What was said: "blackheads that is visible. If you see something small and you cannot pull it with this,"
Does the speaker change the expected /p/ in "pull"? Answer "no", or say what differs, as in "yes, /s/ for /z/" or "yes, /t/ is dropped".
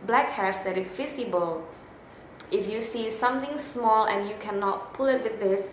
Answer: no